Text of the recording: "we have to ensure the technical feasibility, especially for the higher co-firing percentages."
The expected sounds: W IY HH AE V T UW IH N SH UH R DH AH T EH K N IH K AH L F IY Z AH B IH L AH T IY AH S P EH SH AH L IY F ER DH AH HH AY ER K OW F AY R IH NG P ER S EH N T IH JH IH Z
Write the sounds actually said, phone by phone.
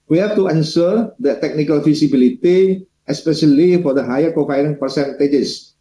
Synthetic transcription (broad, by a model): W IY HH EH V T UW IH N S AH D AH T EH K N IH K AH L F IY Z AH B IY L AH T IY AH S P EH SH AH L IY F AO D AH HH AY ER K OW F AY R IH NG P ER S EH N T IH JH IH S